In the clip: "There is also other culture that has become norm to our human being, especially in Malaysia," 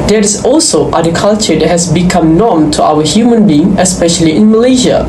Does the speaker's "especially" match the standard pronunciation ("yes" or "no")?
yes